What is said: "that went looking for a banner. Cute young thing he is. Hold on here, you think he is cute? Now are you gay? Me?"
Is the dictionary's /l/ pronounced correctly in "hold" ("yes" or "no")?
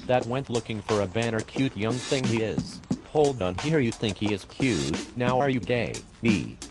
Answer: yes